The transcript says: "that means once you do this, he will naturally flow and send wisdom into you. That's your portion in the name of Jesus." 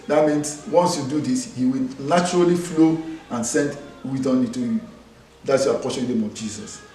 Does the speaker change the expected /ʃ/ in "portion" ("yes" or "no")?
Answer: yes